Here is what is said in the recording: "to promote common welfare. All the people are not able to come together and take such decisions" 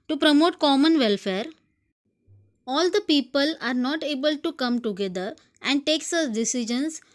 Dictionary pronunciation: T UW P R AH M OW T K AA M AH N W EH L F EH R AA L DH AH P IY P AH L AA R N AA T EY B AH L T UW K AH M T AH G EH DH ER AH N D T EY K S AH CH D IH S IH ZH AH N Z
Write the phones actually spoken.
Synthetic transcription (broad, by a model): T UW P R AH M OW T K AA M AH N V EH L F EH R AA L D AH P IY P AH L AA R N AA T EY B AH L T UW K AH M T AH G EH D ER AH N D T EY K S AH S D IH S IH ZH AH N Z